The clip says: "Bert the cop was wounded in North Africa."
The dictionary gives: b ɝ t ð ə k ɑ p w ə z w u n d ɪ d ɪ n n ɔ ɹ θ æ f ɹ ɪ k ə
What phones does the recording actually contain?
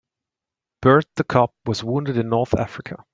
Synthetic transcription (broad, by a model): b ɝ t ð ə k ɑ p w ə z w u n d ɪ d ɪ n n ɔ ɹ θ æ f ɹ ɪ k ə